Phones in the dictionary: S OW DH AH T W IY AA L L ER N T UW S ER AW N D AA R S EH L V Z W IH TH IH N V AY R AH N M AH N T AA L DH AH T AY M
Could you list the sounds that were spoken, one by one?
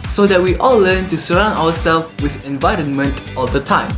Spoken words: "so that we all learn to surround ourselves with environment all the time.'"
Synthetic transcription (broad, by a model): S OW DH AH T W IY AA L L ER N T UW S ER AW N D AA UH S EH L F W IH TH IH N V AY R AH N M AH N T AA L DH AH T AY M